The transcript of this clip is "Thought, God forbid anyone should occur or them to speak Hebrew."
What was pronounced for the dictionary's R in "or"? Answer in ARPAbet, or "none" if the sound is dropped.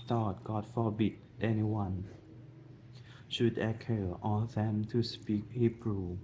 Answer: L